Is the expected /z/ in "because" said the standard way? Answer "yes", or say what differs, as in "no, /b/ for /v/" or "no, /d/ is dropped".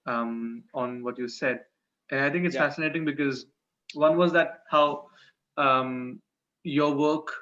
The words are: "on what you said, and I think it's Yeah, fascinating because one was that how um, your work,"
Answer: yes